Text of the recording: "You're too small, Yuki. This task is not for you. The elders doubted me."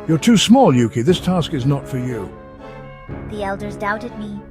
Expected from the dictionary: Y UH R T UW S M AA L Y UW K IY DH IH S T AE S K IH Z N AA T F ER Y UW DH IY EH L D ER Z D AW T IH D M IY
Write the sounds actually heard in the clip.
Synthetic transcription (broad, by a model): Y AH R T UW S M AA L Y UW K IY DH IH S T AE S K IH Z N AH T F ER Y UW DH IY EH L D ER Z D AW T IH D M IY